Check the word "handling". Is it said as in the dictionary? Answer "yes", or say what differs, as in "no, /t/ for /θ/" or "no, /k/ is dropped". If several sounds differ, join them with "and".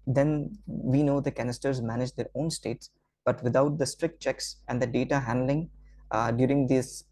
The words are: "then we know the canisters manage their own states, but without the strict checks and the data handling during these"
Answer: yes